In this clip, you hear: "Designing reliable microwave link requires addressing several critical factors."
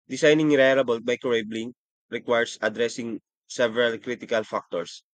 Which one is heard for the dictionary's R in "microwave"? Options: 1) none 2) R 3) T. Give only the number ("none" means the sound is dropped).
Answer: 1